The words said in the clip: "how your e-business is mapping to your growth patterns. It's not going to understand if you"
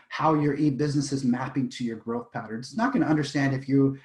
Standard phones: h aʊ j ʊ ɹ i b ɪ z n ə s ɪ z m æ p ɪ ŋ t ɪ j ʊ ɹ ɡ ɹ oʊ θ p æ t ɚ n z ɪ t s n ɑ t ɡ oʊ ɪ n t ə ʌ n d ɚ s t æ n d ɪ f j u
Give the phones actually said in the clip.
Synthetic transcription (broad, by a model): h aʊ j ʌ ɹ i b ɪ z n ə s ɪ z m æ p ɪ ŋ t ɪ j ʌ ɹ ɡ ɹ oʊ θ p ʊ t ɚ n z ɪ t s n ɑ t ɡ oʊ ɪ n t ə ʌ n d ɚ s t æ n d ɪ f j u